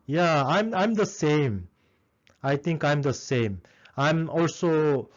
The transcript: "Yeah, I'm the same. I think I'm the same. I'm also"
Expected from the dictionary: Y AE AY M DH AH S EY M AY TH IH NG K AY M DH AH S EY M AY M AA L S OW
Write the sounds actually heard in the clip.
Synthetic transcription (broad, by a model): Y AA AY M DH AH S EY M AY T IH NG K AY M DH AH S EY M AY M AA L S OW